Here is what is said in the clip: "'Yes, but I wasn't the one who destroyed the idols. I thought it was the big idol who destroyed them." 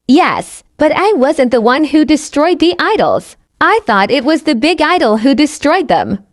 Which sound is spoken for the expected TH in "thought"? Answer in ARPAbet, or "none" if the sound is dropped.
TH